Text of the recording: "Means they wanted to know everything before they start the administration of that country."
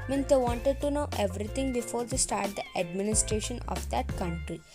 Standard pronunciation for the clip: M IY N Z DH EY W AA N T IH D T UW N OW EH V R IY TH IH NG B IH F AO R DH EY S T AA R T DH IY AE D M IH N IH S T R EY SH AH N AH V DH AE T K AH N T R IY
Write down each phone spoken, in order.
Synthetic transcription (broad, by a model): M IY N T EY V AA N T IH D T UW N OW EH V R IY T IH NG B IH F AO R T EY S T AA R T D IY AE D M IH N IH S T R EY SH AH N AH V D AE T K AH N T R IY